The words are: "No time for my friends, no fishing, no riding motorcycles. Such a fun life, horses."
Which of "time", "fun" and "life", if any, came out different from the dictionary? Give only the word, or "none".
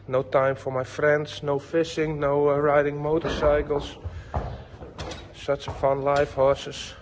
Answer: none